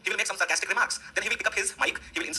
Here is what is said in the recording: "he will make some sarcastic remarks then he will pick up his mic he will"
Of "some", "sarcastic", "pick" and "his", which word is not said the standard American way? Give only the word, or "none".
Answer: none